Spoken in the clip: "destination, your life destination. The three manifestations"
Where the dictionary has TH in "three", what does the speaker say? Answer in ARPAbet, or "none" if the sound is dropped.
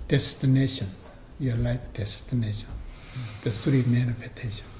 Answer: S